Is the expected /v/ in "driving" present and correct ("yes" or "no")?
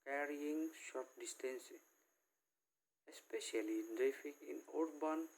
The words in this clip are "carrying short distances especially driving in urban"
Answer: no